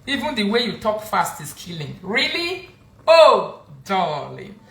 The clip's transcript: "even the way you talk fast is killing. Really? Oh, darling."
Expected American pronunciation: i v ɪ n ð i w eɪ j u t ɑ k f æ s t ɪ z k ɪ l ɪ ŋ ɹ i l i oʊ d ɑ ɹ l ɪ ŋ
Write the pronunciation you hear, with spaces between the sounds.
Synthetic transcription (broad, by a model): i v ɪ n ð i w eɪ j u t ɑ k f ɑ s t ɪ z k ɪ l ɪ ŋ ɹ i l i oʊ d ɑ l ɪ